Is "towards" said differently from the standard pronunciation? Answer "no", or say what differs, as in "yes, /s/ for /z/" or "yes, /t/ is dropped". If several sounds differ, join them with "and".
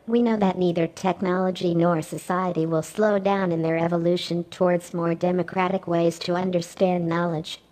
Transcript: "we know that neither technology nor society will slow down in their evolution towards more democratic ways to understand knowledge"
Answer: no